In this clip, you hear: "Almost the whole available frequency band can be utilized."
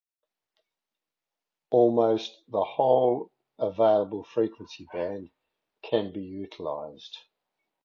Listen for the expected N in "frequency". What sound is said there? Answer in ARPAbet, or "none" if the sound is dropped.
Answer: N